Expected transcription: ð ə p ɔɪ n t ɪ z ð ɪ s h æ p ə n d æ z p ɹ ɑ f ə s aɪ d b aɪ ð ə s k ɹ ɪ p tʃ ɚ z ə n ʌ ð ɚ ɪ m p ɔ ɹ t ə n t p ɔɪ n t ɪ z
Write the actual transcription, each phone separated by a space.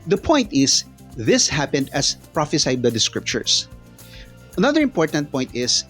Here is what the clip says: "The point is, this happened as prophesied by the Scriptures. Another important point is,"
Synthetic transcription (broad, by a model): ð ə p ɔɪ n t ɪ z ð ɪ s h æ p ə n d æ s p ɹ ɑ f ə s aɪ d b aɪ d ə s k ɹ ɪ p tʃ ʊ s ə n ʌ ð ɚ ɪ m p ɔ ɹ t ə n t p ɔɪ n t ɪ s